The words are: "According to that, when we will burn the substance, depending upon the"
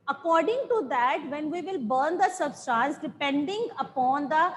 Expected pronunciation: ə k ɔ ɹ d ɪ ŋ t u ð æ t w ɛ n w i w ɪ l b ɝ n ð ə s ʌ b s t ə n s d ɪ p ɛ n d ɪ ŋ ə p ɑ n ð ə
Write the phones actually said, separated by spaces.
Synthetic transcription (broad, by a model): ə k ɔ ɹ d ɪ ŋ t u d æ t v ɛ n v i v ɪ l b ɝ n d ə s ʌ b s t ə n s d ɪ p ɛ n d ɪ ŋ ə p ɑ n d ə